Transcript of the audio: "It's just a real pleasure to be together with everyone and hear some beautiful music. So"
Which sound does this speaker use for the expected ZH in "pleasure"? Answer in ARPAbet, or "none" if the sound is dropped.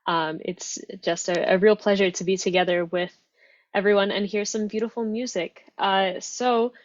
ZH